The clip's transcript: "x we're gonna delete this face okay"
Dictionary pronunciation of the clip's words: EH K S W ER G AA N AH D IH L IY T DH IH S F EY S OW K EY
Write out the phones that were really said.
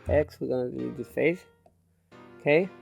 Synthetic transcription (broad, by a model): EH K S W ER G AA N AH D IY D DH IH F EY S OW K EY